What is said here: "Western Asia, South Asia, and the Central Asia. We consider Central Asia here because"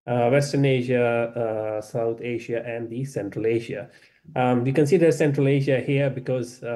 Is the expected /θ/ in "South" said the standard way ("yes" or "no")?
no